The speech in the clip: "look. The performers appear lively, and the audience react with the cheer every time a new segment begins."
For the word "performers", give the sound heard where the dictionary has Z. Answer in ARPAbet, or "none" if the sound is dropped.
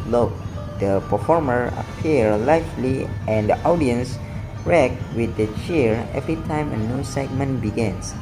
none